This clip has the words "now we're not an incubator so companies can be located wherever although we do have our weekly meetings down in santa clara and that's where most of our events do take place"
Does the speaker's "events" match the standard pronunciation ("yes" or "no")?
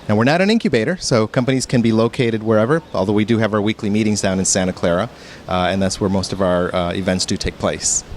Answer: yes